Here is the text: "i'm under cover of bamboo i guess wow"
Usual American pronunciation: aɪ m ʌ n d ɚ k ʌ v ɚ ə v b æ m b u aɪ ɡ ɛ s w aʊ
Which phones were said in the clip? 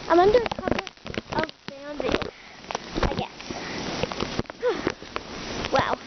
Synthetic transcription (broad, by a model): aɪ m ʌ n d ɚ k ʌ p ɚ ə v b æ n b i aɪ ɡ ɛ s w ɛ